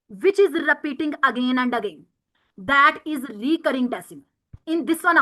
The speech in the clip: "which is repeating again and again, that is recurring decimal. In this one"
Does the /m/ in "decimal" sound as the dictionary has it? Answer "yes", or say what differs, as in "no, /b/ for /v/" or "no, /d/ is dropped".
no, /m/ is dropped